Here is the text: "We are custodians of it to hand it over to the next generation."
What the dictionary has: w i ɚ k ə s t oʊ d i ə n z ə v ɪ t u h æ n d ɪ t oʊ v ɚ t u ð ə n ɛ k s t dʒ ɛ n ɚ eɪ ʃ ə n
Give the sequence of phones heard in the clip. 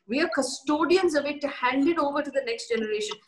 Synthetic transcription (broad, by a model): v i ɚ k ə s t oʊ d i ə n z ə v ɪ t u h æ n d ɪ t oʊ v ɚ t u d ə n ɛ k s t dʒ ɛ n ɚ eɪ ʃ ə n